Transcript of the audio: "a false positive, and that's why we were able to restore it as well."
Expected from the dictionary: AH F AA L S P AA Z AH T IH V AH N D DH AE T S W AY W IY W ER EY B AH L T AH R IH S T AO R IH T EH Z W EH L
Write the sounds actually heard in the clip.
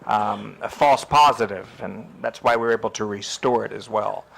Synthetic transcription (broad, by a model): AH F AA L S P AA Z AH T IH V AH N DH AE T S W AY W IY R EY B L T AH R IH S T AO R IH T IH Z W EH L